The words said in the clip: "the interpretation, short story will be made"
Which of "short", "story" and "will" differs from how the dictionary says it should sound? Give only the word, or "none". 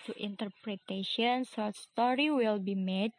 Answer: short